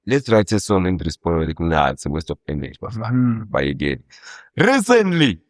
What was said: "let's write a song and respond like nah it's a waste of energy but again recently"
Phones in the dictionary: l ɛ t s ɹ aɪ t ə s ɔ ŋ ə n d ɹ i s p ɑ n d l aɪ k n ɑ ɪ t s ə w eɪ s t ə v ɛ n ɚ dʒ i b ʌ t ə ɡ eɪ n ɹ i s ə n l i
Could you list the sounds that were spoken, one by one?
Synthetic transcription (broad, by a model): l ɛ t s ɹ aɪ t ə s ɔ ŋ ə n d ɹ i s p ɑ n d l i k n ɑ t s ə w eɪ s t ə p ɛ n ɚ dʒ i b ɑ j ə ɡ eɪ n ɹ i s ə n l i